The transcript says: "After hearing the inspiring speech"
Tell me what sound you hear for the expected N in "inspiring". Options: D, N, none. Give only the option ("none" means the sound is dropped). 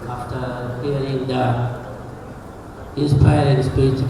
none